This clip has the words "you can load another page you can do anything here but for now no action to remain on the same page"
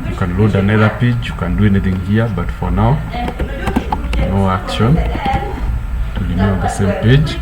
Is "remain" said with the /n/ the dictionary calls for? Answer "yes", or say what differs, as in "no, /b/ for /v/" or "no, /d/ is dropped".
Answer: no, /n/ is dropped